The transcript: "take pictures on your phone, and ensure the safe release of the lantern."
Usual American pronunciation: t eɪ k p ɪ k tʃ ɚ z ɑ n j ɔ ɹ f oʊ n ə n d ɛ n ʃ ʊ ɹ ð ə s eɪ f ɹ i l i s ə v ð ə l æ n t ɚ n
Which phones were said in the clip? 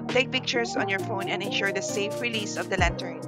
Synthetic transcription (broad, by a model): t eɪ k p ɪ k tʃ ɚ s ɑ n j ɔ ɹ f oʊ n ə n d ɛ n ʃ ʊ ɹ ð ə s eɪ f ɹ i l i s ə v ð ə l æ n t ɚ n